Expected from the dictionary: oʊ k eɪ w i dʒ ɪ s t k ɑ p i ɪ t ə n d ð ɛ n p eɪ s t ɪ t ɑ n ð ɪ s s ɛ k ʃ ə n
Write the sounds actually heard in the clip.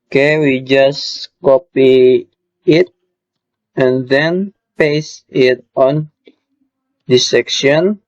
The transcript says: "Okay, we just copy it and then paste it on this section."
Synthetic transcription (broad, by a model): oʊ k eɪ w i dʒ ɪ s k ɑ p i ɪ t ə n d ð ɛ n p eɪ s ɪ t ɑ n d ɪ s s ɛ k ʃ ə n